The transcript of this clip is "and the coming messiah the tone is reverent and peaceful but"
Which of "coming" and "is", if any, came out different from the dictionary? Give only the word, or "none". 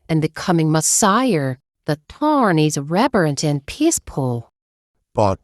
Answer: none